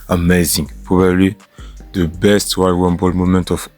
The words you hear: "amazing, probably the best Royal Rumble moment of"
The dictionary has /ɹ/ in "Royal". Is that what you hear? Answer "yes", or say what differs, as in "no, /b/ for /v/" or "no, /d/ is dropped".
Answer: no, /w/ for /ɹ/